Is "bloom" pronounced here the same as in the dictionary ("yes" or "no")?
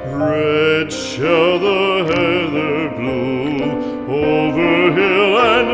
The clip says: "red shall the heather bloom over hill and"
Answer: no